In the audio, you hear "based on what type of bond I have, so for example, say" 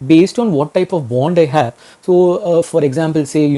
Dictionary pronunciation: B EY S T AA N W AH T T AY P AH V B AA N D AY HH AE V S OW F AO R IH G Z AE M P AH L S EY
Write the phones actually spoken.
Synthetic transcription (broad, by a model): B EY S T AA N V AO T T AY P AH V B AA N D AY HH AE V S OW F AO R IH G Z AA M P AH L S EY